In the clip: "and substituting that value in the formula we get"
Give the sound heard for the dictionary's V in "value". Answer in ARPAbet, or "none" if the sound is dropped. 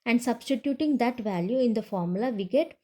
V